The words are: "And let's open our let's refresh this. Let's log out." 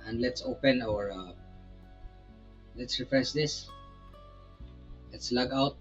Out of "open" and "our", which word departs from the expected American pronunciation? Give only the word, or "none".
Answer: none